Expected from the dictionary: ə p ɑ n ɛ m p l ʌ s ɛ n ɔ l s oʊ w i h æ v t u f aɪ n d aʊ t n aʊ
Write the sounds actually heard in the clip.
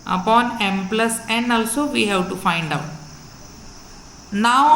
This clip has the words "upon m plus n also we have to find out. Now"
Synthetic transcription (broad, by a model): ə p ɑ n ɛ m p l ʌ s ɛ n ɔ l s oʊ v i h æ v t u f aɪ n d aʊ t n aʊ